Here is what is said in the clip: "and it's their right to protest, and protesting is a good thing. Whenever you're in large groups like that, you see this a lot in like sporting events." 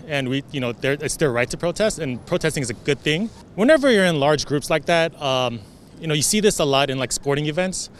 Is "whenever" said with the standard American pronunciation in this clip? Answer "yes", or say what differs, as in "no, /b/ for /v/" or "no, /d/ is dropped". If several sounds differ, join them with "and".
yes